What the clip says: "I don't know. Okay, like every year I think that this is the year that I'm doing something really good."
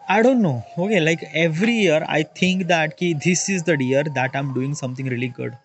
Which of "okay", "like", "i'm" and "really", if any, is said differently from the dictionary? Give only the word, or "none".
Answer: none